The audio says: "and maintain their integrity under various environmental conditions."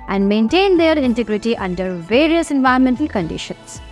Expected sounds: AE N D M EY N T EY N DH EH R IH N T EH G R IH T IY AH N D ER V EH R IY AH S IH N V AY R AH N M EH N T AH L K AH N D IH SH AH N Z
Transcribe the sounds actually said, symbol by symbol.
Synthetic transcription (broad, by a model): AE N D M EY N T EY N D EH R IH N T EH G R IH T IY AH N D ER V EH R IY AH S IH N V AY AH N M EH N T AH L K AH N D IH SH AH N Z